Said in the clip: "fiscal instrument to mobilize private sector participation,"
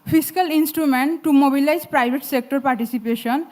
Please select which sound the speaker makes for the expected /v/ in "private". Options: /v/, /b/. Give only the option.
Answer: /b/